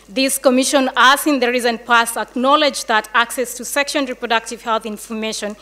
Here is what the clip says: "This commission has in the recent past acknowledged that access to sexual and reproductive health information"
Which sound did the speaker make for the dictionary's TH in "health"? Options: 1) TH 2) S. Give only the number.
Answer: 1